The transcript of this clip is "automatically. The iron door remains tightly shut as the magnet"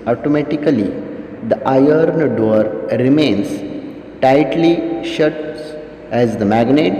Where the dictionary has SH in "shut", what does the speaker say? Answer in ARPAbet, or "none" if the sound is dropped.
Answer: SH